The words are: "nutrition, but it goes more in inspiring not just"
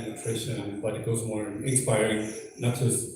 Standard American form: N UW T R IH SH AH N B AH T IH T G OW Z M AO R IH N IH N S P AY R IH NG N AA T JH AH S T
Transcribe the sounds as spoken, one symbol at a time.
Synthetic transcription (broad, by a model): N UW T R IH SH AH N B AH T IH T G OW Z M AO R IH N IH N S P AY R IH NG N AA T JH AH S